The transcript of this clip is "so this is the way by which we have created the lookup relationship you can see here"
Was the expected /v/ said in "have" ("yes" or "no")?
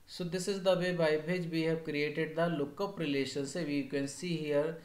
no